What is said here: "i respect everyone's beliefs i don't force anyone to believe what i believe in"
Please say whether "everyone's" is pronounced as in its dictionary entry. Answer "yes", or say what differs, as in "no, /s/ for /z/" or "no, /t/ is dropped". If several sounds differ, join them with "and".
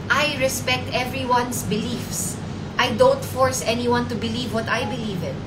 no, /s/ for /z/